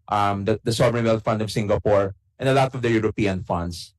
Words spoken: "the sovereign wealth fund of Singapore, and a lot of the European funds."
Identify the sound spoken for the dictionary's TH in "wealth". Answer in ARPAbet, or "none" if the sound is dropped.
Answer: T